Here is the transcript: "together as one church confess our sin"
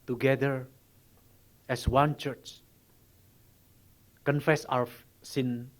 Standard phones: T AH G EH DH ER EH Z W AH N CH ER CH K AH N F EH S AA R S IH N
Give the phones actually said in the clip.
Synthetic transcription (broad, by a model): T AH G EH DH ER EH S W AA N CH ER CH K AH N F EH S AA W S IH N